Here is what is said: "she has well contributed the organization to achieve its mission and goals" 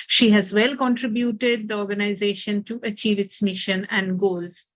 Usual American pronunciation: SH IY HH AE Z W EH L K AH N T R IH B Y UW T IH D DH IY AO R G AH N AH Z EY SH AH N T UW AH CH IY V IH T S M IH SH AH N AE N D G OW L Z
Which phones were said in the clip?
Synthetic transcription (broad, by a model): SH IY HH AE Z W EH L K AH N T R IH B Y UW T IH D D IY AO R G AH N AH Z EY SH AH N T UW AH CH IY V IH T S M IH SH AH N AE N D G OW L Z